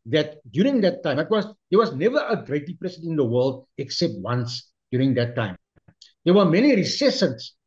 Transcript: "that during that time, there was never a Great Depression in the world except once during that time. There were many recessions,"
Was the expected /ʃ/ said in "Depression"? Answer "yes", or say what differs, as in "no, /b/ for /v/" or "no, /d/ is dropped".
no, /s/ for /ʃ/